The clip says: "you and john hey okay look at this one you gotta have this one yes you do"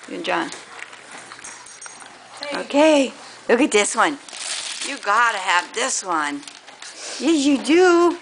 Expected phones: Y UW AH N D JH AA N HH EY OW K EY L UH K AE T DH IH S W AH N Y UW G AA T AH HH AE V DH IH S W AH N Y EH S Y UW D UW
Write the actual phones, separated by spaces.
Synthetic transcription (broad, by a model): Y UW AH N JH AA N OW K EY L UH K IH T DH IH S W AH N Y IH G AA T AH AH V DH IH S W AH N Y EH Y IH D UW